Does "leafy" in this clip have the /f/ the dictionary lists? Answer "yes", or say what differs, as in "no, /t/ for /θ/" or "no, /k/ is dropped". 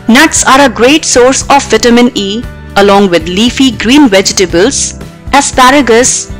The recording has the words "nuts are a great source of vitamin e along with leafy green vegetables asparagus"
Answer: yes